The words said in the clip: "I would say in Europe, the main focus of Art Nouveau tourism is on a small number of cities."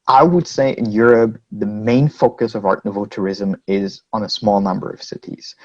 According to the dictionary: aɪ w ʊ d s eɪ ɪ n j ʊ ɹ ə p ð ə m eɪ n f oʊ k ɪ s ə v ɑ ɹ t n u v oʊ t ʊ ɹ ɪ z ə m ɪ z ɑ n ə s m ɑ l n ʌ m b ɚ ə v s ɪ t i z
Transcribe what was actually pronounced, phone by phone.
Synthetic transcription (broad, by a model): aɪ w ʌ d s eɪ ɪ n j ʊ ɹ ə p ð ə m eɪ n f oʊ k ɪ s ə v ɑ ɹ t n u v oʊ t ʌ ɹ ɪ z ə m ɪ z n ə s m ɑ l n ʌ m b ɚ ə v s ɪ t i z